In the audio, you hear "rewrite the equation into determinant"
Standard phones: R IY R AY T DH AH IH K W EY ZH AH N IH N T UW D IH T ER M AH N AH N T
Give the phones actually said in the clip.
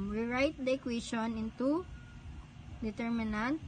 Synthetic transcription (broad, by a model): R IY R AY T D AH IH K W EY SH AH N IH N T UW D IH T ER M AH N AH N T